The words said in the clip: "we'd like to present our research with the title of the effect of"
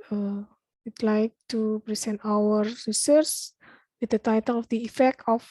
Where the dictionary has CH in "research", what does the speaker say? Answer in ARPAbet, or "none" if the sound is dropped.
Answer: S